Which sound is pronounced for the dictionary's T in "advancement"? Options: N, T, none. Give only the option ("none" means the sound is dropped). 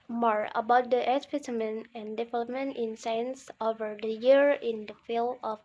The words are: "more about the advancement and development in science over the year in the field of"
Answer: none